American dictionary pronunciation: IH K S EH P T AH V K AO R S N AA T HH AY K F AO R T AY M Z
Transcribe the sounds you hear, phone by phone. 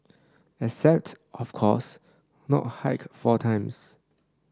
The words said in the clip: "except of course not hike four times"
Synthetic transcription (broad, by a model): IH S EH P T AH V K AO S N AA T HH AY K F AO T AY M S